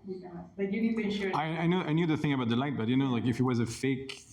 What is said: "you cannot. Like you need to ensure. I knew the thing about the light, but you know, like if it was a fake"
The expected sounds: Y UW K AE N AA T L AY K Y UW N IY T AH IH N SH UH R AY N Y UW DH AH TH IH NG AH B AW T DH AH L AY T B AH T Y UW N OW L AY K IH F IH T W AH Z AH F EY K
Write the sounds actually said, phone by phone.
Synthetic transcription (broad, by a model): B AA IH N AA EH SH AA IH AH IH N AO AY N Y UW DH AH TH IH NG AH B AW T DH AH L AY T B AH T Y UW N OW L AY K IH F IH T W AH Z AH F EY K